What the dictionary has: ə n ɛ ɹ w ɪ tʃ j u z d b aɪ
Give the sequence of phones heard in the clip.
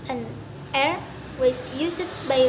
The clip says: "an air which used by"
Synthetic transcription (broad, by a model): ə n ɛ ɹ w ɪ s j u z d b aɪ